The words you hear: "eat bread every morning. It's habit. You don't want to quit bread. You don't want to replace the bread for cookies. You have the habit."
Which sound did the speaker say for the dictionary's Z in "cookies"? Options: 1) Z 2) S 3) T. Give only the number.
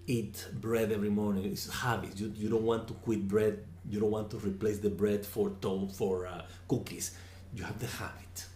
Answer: 2